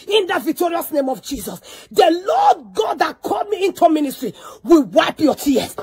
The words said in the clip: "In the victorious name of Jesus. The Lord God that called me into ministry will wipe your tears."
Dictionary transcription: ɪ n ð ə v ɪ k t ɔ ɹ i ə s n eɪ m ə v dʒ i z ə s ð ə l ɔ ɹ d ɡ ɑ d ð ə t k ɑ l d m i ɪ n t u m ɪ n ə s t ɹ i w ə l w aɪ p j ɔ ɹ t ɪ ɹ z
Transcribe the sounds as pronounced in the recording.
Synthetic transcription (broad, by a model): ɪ n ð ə v ɪ k t ɔ ɹ i ə s n eɪ m ə v dʒ i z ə s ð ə l ɔ d ɡ ɑ d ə t k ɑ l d m i ɪ n t u m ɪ n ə s t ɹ i w ə l w aɪ p j ɔ t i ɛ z